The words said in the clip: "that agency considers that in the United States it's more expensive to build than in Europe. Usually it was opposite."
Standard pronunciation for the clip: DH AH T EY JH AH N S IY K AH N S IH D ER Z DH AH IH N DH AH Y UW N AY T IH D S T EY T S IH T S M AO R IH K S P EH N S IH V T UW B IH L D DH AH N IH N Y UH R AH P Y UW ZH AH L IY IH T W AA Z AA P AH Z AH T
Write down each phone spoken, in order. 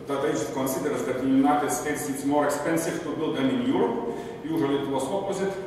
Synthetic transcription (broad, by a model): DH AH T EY AH S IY K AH N S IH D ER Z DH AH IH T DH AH Y UW N AY T IH D S T EY T S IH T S M AO R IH K S P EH N S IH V T UW B IH L D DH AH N IH N Y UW R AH P Y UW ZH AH L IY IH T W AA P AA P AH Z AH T